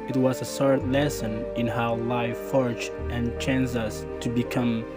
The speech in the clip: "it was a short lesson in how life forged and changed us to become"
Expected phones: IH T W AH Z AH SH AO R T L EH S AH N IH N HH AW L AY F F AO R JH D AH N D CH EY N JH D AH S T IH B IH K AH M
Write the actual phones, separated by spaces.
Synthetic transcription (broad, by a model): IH T W AH Z AH S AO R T L EH S AH N IH N HH AW L AY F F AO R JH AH N CH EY N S AH S T IH B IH K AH M